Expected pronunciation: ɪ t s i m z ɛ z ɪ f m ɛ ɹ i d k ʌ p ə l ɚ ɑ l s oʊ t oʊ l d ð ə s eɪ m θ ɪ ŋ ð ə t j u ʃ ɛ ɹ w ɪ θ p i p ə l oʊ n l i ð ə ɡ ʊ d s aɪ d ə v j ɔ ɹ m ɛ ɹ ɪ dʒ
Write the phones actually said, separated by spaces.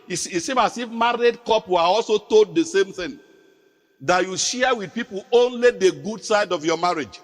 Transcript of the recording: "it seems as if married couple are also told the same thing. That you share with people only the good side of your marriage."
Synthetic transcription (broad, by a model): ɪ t s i m ɑ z ɪ f m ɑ ɹ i d k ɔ p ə ɑ l s oʊ t oʊ l d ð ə s eɪ m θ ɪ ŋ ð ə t j u ʃ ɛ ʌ w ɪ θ p i p ə l oʊ n l i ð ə ɡ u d s aɪ d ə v j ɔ m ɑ ɹ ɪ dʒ